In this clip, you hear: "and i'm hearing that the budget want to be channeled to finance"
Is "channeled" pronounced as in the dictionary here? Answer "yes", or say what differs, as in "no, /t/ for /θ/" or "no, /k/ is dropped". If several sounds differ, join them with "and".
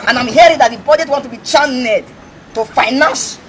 no, /l/ is dropped